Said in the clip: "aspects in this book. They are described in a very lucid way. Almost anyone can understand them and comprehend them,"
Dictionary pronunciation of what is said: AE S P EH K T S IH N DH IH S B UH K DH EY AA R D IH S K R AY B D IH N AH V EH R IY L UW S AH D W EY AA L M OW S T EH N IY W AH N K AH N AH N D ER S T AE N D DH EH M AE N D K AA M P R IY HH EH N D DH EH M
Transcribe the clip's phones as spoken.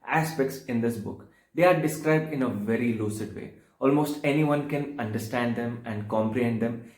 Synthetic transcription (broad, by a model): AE S P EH K T S IH N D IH S B UH K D EY AA R D IH S K R AY B D IH N AH V EH R IY L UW S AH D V EY AA L M OW S T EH N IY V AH N K AH N AH N D ER S T AE N D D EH M AE N D K AA M P R IY HH EH N D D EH M